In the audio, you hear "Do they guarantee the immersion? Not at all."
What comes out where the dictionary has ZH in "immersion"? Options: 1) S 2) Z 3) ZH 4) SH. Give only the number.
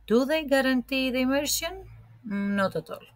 1